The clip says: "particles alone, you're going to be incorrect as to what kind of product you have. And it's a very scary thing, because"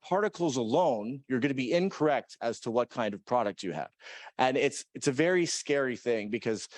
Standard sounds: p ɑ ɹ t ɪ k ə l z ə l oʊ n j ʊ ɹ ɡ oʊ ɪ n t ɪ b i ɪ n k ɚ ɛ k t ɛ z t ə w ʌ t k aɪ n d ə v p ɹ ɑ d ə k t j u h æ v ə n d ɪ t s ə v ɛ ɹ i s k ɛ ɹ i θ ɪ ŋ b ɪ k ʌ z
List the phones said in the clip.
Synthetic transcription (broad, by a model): p ɑ ɹ t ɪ k l z ə l oʊ n j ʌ ɹ ɡ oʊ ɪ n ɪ b i ɪ n k ɚ ɛ k t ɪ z t ə w ʌ t k aɪ n d ə v p ɹ ɑ d ə k t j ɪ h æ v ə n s ɪ t s ə v ɛ ɹ i s k ɛ ɹ i θ ɪ ŋ b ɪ k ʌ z